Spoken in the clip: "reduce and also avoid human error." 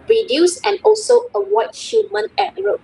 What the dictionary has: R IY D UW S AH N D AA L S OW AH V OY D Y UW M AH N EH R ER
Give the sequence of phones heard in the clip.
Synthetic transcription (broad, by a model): R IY D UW S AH N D AA L S OW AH W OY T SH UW M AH N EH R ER